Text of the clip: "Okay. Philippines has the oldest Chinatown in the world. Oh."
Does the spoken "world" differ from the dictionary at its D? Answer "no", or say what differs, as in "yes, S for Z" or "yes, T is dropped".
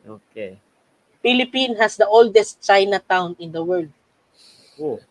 no